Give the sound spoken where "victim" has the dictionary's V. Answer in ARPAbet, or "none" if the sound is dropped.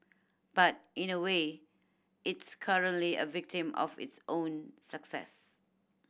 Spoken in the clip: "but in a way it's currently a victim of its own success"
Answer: V